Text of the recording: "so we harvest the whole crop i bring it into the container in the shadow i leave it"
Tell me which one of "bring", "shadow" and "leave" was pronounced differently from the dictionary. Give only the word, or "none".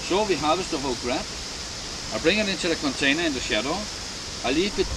leave